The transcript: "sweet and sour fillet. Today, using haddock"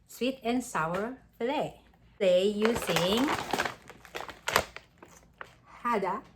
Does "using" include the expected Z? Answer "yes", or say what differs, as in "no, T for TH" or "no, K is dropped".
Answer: no, S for Z